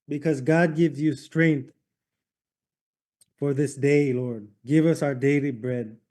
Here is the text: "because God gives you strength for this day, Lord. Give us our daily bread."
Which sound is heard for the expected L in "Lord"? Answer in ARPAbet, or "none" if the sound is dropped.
L